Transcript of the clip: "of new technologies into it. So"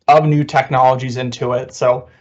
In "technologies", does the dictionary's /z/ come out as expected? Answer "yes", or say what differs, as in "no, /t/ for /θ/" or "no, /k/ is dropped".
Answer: yes